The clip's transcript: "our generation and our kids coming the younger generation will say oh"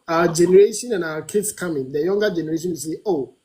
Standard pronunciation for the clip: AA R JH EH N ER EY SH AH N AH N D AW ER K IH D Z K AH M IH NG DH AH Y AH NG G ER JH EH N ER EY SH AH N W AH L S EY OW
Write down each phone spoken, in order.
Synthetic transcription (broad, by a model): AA JH EH N ER EY SH AH N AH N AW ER K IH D S K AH M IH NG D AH Y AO NG G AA JH EH N ER EY SH AH N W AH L S EY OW